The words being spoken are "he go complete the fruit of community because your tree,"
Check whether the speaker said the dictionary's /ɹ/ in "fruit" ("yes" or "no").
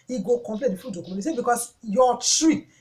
no